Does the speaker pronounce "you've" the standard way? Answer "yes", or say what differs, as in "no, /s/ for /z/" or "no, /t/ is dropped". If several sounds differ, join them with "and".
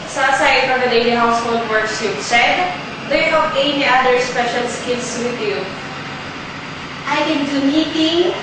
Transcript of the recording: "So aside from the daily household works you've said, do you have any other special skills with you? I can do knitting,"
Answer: no, /p/ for /v/